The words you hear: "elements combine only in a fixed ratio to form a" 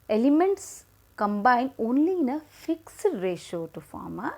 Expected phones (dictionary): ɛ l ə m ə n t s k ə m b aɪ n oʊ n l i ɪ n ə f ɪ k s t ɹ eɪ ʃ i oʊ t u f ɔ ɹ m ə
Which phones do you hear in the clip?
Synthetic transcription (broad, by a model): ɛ l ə m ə n t s k ə m b aɪ n oʊ n l i ɪ n ə f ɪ k s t ɹ eɪ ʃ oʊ t u f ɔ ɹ m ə